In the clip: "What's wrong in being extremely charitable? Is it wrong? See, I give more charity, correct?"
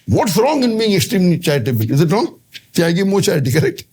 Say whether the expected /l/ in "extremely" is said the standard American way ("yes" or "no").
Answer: no